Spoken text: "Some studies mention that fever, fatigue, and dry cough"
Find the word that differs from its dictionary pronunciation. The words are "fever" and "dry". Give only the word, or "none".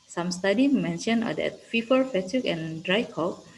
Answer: fever